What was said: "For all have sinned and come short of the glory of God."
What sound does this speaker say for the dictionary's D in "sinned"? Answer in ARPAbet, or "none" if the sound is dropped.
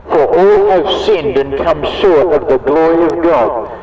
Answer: D